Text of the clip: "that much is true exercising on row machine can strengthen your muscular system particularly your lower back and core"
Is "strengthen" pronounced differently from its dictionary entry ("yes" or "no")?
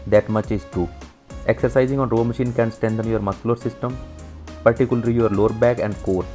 yes